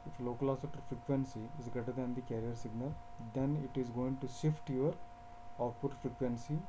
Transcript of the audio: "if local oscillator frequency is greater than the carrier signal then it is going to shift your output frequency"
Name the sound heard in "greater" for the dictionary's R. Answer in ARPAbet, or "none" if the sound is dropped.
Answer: none